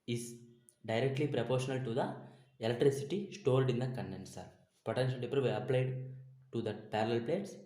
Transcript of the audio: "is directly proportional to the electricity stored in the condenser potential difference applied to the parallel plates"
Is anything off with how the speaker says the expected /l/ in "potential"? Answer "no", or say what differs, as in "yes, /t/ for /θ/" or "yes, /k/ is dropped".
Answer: yes, /n/ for /l/